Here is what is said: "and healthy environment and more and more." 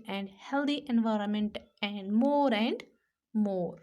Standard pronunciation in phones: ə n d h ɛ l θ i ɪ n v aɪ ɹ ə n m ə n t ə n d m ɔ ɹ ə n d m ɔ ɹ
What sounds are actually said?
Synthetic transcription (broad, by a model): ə n d h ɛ l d i ɪ n v aɪ ɹ ə n m ə n t ə n d m ɔ ɹ ə n d m ɔ ɹ